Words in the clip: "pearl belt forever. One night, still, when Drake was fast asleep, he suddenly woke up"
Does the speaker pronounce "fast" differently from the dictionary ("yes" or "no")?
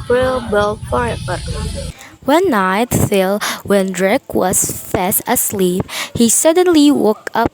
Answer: no